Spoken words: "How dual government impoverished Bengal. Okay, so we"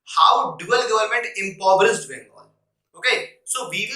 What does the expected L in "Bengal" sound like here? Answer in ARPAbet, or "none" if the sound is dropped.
N